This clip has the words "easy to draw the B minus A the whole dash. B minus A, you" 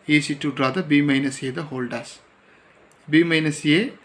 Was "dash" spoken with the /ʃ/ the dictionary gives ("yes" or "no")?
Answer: no